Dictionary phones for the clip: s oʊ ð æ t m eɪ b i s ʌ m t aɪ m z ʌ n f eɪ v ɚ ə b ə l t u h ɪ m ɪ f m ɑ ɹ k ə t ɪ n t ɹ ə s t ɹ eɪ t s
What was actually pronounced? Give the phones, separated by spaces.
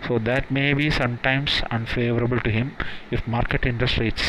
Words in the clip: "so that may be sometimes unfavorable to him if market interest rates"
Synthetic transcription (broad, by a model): s oʊ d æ t m eɪ b i s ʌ m t aɪ m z ʌ n f eɪ v ɚ ə b ə l t u h ɪ m ɪ f m ɑ ɹ k ə t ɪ n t ɹ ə s t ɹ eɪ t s